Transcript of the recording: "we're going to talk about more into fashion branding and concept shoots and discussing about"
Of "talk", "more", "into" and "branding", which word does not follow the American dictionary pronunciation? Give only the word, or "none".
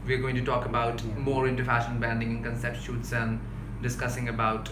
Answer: branding